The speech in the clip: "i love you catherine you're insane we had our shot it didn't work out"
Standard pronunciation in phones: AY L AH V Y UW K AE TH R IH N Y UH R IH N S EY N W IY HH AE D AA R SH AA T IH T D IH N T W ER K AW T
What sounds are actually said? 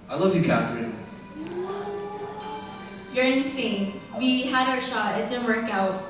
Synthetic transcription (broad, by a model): AY L AH V Y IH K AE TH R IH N Y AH R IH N S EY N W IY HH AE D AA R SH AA IH T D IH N W ER K AW T